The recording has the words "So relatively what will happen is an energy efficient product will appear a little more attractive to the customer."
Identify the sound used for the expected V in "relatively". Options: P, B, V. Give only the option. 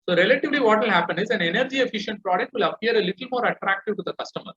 V